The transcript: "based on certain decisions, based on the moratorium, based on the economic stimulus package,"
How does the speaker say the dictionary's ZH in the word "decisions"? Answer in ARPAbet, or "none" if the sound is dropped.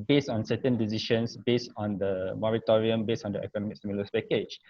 SH